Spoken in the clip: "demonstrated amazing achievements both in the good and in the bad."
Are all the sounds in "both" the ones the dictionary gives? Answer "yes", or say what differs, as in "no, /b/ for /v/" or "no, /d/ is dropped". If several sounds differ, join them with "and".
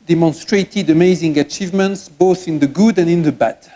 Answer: yes